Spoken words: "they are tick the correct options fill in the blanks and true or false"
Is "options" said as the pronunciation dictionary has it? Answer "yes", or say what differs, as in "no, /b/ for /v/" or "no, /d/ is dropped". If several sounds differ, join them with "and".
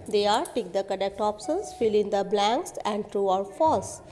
no, /s/ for /ʃ/